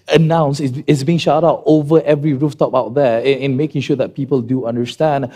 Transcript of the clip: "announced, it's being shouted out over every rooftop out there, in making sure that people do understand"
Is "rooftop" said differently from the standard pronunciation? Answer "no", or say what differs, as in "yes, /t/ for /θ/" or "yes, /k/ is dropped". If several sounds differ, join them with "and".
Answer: no